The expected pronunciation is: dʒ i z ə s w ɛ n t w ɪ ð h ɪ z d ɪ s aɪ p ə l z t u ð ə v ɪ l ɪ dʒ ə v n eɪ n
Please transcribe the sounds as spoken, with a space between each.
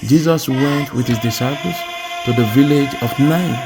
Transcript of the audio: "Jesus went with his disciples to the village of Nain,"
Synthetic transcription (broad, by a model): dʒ i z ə s w ɛ n t w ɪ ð h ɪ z d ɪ s aɪ p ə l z t u ð ə v ɪ l ɪ dʒ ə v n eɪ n